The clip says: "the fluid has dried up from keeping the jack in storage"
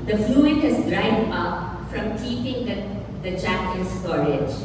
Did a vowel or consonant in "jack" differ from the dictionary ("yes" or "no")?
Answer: yes